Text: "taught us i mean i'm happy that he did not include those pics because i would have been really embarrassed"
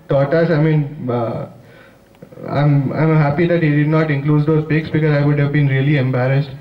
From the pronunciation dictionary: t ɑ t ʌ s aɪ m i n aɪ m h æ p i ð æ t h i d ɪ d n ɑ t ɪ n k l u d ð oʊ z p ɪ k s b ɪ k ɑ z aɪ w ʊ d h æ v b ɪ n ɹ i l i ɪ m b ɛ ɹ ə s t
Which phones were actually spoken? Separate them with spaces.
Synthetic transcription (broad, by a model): t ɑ t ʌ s aɪ m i n aɪ m h æ p i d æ t h i d ɪ d n ɑ t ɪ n k l u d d oʊ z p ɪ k s b ɪ k ɑ z aɪ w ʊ d h æ v b ɪ n ɹ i l i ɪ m b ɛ ɹ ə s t